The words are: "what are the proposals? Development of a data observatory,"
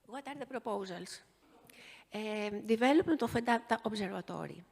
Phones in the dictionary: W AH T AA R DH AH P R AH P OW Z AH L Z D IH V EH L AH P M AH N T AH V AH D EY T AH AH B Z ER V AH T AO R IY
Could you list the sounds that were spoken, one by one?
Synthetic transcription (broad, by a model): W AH T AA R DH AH P R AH P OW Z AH L S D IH V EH L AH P AH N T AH F AH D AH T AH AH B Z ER V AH T AO R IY